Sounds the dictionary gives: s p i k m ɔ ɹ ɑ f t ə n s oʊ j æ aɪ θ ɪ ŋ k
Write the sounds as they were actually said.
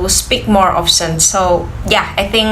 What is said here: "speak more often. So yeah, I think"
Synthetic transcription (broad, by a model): s p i k m ɔ ɹ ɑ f s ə n s oʊ j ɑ aɪ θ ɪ ŋ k